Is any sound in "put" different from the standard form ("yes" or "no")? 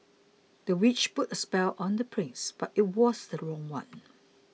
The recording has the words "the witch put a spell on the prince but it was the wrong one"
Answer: no